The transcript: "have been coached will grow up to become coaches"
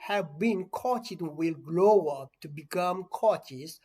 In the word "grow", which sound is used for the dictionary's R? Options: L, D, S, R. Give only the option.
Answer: L